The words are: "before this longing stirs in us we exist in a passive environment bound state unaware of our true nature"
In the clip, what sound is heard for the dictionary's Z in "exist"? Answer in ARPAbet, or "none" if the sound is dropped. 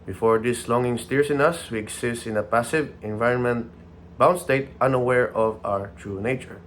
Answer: S